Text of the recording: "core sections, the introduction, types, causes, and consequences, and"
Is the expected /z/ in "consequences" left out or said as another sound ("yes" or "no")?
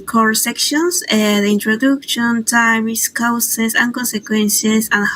yes